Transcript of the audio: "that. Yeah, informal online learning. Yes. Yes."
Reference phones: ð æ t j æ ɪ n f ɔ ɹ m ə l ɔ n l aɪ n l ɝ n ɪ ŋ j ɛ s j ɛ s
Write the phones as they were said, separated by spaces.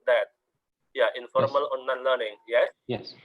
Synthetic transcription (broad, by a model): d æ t j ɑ ɪ n f ɔ ɹ m ə l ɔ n aɪ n l ɝ n ɪ ŋ j ɛ s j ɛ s